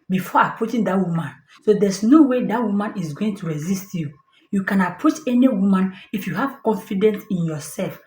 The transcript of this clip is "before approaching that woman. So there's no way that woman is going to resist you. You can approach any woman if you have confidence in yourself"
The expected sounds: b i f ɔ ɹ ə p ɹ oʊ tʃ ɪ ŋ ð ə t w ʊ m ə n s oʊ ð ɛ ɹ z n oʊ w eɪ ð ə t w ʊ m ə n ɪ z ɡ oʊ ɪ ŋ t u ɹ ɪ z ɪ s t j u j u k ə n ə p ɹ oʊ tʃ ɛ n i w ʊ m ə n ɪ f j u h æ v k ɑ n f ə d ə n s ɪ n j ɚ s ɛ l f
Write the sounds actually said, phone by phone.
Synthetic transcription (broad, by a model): b i f ɔ ə p ɹ oʊ tʃ ɪ ŋ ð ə t w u m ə n s oʊ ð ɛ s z n oʊ w eɪ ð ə t w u m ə n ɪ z ɡ oʊ ɪ ŋ t u ɹ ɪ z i s t j u j u k ə n ə p ɹ oʊ tʃ ɛ n i w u m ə n ɪ f j u h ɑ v k ɑ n f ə d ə n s ɪ n j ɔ s ɛ l f